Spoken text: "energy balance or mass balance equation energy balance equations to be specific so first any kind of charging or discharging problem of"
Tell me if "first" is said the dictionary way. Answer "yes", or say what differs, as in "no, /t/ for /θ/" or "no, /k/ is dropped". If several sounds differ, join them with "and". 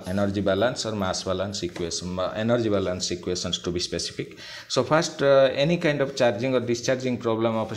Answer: no, /p/ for /f/